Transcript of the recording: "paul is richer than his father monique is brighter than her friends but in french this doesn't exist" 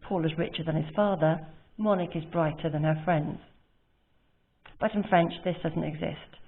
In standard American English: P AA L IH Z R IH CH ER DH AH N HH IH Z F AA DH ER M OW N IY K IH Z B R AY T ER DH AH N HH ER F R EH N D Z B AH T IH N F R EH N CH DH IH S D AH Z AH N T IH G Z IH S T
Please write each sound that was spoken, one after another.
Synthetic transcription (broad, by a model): P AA L IH Z R IH CH ER DH AH N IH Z F AA DH ER M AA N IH K IH Z B R AY T ER DH AH N ER F R EH N D Z B AH T IH N F R EH N CH DH IH S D AH Z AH N T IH G Z IH S T